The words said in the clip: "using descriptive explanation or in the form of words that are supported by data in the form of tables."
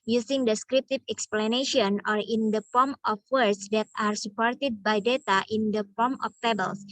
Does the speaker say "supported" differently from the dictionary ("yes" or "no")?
no